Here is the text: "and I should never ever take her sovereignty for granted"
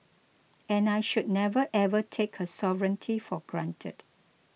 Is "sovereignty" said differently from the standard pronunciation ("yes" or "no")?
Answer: no